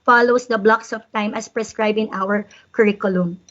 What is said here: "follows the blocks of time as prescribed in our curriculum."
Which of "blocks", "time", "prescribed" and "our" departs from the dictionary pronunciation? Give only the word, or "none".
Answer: prescribed